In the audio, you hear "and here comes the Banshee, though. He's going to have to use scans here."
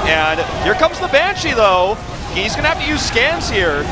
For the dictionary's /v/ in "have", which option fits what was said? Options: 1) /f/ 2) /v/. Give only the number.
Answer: 1